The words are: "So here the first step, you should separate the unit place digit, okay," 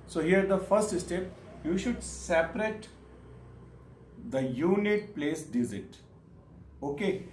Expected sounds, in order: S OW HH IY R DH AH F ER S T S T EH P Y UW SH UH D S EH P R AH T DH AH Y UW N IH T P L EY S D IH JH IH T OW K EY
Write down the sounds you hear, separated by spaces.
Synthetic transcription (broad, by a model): S OW HH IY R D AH F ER S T S T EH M Y UW SH UH D S EH P R AH T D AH Y UW N IH T P L EY S D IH Z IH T OW K EY